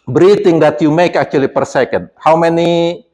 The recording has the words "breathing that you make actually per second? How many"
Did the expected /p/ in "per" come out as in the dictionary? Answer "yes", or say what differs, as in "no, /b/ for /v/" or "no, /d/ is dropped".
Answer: yes